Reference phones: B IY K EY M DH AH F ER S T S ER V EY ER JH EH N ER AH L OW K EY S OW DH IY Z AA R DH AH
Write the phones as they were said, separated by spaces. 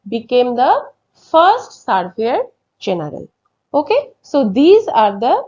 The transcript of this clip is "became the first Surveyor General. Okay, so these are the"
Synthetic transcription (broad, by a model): B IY K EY M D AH F ER S T S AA F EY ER JH EH N ER AH L OW K EY S OW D IY Z AA R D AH